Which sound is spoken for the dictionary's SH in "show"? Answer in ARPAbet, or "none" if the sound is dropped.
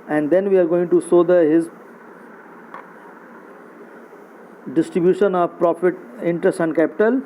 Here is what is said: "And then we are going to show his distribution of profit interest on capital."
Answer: S